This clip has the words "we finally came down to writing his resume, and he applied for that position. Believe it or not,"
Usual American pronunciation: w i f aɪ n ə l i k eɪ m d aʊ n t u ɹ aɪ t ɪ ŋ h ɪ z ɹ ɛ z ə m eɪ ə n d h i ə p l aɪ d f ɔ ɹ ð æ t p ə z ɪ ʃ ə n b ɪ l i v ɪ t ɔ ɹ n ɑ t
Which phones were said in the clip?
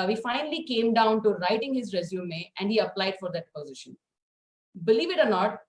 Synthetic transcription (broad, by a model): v i f aɪ n ə l i k eɪ m d aʊ n t u ɹ aɪ t ɪ ŋ h ɪ z ɹ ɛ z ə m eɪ ə n d h i ə p l aɪ d f ɔ ɹ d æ t p ə z ɪ ʃ ə n b ɪ l i v ɪ t ɔ ɹ n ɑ t